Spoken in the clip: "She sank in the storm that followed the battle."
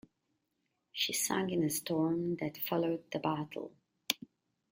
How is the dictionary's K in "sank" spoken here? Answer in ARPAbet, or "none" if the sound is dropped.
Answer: none